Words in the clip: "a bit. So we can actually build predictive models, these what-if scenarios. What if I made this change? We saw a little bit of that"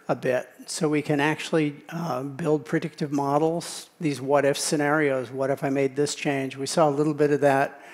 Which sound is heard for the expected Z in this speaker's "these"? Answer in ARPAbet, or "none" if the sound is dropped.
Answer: Z